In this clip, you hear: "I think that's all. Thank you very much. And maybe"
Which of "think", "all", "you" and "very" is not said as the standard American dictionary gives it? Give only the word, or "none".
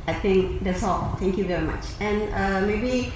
think